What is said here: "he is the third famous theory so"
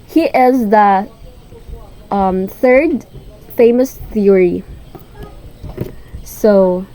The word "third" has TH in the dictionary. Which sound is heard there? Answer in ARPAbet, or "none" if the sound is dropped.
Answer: TH